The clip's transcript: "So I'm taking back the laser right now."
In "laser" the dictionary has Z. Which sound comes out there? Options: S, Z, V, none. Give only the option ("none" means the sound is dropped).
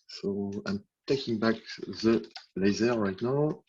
Z